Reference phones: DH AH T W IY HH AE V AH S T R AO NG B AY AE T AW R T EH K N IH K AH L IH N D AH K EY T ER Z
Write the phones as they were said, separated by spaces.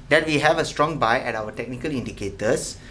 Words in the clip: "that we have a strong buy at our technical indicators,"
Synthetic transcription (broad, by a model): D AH T W IY HH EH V AH S T R AO NG B AY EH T AW W T EH K N IH K AH L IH N D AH K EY T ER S